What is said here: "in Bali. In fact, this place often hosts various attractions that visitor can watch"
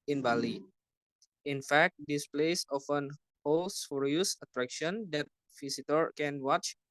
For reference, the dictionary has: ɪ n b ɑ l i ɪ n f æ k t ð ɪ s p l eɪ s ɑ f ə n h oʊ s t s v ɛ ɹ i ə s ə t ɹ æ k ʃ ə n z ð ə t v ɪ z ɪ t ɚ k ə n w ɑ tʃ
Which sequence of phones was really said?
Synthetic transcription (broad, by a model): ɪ n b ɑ l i ɪ n f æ k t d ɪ s p l eɪ s ɑ f ə n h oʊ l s f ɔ ɹ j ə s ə t ɹ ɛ k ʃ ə n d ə t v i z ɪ t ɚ k ə n w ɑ tʃ